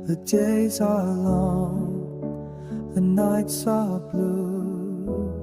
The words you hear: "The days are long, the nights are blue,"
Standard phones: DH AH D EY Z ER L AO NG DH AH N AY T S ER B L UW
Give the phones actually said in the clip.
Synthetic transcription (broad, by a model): DH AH D EY Z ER L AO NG DH AH N AY T S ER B L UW